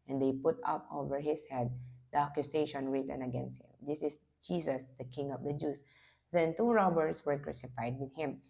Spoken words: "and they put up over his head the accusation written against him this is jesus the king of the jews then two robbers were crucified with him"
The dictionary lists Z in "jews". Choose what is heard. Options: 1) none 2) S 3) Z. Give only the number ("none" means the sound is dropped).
2